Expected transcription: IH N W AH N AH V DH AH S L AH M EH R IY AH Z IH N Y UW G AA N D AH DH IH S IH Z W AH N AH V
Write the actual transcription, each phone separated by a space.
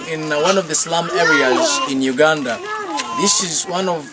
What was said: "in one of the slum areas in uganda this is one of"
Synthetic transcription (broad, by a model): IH N W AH N AH V DH AH S L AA M EH R IY AH Z IH N Y UW G AA N D AH DH IH S IH Z W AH N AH V